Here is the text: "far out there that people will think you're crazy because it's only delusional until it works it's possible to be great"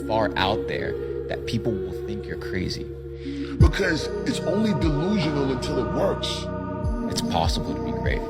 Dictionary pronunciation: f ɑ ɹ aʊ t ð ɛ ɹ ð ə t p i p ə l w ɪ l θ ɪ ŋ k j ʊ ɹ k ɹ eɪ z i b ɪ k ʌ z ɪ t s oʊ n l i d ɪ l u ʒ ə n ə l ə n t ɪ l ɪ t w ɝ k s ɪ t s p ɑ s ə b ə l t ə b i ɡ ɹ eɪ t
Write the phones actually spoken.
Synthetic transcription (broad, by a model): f ɑ ɹ aʊ t ð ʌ ɹ ð ə t p i p l w ɪ l θ ɪ ŋ k j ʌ ɹ k ɹ eɪ z i b ɪ k ʌ z ɪ t s oʊ n l i d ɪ l u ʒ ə n l ə n t ɪ l ɪ t w ɝ k s ɪ t s p ɑ s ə b l t ə b i ɡ ɹ eɪ t